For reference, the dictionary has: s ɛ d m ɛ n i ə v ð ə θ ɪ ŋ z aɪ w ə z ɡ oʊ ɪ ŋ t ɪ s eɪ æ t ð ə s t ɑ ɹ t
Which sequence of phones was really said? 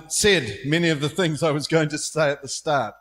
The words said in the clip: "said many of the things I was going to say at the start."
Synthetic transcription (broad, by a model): s ɛ d m ɛ n i ə v ð ə θ ɪ ŋ z aɪ w ə z ɡ oʊ ɪ ŋ t ɪ s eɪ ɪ t ð ə s t ɑ ɹ t